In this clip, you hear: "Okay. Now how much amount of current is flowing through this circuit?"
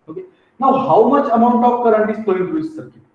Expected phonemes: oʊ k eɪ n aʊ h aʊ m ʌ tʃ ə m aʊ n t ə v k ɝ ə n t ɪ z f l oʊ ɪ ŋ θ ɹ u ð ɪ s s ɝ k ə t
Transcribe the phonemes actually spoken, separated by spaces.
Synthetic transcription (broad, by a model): oʊ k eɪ n aʊ h aʊ m ʌ tʃ ə m aʊ n t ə p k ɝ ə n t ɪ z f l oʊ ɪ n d ɹ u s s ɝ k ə